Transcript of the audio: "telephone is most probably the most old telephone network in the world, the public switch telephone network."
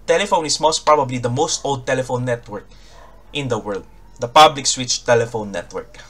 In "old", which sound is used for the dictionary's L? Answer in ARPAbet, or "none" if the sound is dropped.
L